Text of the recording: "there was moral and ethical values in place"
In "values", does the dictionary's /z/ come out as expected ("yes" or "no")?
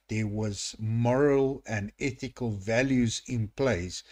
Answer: yes